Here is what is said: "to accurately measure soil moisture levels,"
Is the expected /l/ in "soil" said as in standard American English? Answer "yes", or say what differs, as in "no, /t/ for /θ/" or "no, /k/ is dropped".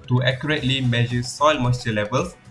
yes